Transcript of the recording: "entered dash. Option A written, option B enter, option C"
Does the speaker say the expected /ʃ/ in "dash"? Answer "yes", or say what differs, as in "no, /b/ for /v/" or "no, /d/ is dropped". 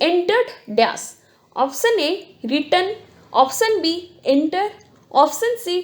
no, /s/ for /ʃ/